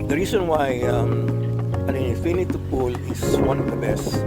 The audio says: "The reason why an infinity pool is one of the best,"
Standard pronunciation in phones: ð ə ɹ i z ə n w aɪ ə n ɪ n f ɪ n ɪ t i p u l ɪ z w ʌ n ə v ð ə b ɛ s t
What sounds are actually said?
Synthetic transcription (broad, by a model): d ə ɹ i s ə n w aɪ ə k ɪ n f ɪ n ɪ t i p u l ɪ s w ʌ n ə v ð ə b ɛ s t